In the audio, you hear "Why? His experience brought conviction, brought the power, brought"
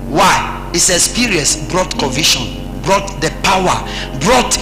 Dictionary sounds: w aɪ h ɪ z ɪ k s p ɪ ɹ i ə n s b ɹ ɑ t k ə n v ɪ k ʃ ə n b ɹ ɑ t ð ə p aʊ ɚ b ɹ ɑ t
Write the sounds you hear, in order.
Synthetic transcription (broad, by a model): w aɪ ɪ s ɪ s p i ɹ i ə s b ɹ ɑ t k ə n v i ʃ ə n b ɹ ɑ t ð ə p aʊ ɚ b ɹ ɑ t